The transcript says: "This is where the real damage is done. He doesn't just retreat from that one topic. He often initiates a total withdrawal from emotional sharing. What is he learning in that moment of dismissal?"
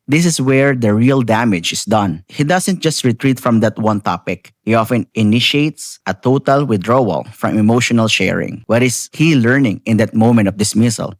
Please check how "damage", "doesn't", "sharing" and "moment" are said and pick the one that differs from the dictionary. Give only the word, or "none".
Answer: doesn't